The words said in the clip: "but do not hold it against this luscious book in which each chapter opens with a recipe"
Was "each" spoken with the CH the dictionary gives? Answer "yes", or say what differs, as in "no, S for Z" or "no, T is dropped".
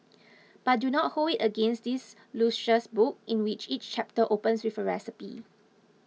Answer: yes